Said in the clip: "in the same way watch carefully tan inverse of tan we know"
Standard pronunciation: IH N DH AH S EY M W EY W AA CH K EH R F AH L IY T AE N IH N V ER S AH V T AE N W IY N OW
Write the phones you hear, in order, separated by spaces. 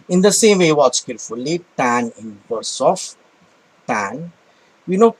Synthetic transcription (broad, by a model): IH N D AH S EY M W EY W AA S K EH R F AH L IY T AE N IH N B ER S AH F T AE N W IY N OW